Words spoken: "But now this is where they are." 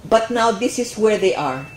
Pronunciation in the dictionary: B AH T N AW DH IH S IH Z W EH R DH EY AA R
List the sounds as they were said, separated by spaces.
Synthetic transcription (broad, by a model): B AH T N AW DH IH S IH S W EH R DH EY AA R